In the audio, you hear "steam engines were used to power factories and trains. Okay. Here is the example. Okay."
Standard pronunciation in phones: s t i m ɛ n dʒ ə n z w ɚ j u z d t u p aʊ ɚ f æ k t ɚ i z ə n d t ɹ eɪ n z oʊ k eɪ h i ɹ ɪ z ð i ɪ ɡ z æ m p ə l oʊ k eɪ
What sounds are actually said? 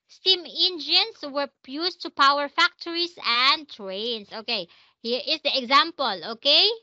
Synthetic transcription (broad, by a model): s t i m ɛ n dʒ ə n s w ɚ j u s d t u p aʊ ɚ f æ k t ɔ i s ə n d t ɹ eɪ n s oʊ k eɪ h i ɹ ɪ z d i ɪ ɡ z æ m p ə l oʊ k eɪ